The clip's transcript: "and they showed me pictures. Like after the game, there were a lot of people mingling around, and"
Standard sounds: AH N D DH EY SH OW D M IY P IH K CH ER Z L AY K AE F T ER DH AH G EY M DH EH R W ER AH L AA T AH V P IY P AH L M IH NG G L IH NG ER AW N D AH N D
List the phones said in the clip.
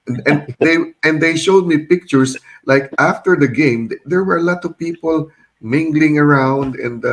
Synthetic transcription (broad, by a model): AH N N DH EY SH OW D M IY P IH K CH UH S L AY K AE F T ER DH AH G EY M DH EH R W ER AH L AA T AH V P IY P AH L M IH NG G L IH NG ER AW N D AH N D